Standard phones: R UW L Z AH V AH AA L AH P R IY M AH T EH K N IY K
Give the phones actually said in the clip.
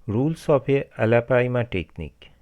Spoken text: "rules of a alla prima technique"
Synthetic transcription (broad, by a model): R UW L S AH P AH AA L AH P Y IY M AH T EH K N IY K